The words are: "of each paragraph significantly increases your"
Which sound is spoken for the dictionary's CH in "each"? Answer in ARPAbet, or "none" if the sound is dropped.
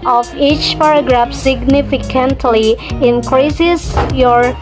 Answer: CH